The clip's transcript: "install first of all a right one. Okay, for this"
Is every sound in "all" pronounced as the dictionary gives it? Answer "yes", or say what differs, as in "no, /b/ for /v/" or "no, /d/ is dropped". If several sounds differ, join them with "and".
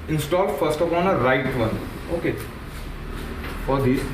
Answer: no, /n/ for /l/